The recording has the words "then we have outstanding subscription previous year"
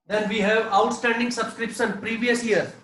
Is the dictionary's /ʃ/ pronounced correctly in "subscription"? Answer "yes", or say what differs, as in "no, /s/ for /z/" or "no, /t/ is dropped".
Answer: no, /s/ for /ʃ/